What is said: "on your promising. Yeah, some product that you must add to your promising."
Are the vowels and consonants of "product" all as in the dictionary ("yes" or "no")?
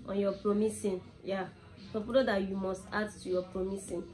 no